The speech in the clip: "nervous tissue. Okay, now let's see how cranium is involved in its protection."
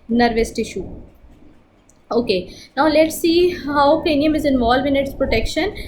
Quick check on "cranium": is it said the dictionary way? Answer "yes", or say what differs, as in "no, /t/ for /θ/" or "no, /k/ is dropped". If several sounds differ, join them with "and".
no, /ɹ/ is dropped